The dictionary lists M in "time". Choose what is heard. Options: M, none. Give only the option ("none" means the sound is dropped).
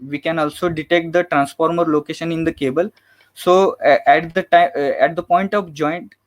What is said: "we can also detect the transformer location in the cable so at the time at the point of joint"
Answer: none